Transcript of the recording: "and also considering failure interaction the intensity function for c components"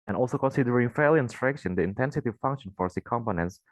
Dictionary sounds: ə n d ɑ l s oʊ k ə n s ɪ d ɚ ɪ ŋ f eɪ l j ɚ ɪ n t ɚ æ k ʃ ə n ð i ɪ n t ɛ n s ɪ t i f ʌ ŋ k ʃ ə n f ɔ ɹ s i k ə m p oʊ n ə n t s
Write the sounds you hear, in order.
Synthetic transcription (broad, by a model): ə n ɑ l s oʊ k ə n s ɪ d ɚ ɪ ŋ f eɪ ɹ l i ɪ n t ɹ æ k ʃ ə n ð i ɪ n t ɛ n s ɪ t i f ʌ ŋ k ʃ ə n f ɔ ɹ s i k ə m p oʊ n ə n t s